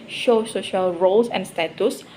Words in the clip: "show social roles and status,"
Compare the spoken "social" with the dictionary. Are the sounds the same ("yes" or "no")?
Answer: yes